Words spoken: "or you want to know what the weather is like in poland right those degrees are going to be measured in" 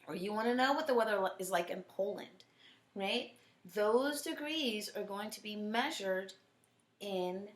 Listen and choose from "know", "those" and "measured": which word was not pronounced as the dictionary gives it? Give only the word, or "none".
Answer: none